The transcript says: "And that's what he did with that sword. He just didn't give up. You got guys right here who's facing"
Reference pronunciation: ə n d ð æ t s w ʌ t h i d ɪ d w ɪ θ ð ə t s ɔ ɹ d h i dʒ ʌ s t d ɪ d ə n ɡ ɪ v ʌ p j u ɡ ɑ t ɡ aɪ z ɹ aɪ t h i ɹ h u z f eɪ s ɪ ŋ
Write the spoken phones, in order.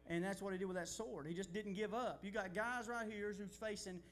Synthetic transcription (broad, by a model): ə n ð æ t s w ʌ t h i d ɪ w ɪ ð ə t s ɔ ɹ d h i dʒ ʌ s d ɪ d n ɡ ɪ v ʌ p j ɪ ɡ ɑ t ɡ aɪ z ɹ aɪ t h i ɹ h u z f eɪ s ɪ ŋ